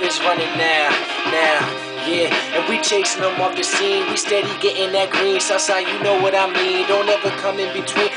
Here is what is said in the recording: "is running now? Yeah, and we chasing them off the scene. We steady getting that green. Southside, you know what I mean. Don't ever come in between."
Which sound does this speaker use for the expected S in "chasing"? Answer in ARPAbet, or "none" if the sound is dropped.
none